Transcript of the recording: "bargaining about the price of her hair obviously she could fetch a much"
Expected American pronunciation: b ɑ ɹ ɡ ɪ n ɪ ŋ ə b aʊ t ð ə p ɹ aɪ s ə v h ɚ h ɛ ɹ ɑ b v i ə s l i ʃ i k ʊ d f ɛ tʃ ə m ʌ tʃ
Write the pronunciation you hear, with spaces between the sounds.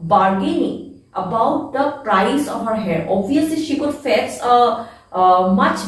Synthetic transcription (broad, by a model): b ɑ ɹ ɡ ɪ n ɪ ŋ ə b aʊ t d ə p ɹ aɪ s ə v h ɚ h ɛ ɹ ɑ b v i ə s l i ʃ i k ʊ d f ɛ s ə m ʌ tʃ